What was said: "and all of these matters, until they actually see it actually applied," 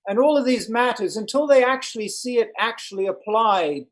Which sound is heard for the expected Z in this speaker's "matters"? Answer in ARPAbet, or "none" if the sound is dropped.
Z